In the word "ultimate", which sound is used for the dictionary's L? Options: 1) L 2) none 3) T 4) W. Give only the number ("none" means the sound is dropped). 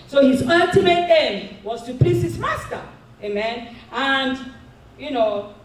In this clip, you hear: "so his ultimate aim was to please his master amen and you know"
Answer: 2